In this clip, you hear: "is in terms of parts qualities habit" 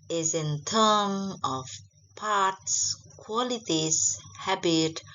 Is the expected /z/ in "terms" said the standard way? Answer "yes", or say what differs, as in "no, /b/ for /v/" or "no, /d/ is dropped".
no, /z/ is dropped